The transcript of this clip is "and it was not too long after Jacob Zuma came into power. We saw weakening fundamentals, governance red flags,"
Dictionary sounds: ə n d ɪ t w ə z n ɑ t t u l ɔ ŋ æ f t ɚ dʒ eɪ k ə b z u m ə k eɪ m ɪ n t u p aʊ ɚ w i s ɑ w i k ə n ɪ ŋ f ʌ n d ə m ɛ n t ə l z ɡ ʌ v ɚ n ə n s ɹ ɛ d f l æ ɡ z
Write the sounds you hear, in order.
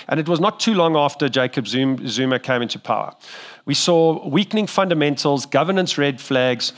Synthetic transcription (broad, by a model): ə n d ɪ t w ə z n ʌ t t u l ɔ ŋ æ f t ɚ dʒ eɪ k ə b z u m ə k eɪ m ɪ n t u p aʊ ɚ w i s ɑ w i k n ɪ ŋ f ʌ n d ə m ɛ n t ə l z ɡ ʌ v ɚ n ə n s ɹ ɛ d f l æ ɡ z